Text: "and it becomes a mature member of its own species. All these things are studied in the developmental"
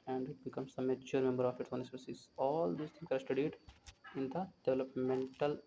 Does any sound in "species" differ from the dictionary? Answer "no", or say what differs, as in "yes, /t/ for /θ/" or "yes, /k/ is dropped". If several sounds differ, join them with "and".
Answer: yes, /s/ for /ʃ/